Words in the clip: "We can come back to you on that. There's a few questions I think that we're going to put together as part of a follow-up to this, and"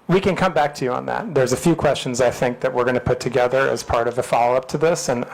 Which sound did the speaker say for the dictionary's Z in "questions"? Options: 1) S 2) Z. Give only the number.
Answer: 2